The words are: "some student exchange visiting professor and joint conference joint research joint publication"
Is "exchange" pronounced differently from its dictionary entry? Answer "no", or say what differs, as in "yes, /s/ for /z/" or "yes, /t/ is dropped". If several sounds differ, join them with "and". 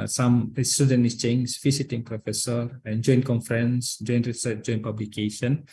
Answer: yes, /k/ is dropped